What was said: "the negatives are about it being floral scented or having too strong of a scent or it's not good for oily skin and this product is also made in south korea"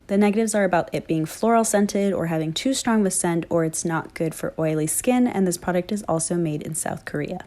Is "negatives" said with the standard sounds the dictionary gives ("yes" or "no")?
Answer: yes